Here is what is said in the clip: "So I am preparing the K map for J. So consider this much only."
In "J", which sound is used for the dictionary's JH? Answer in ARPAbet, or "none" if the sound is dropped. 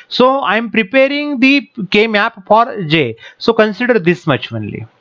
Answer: JH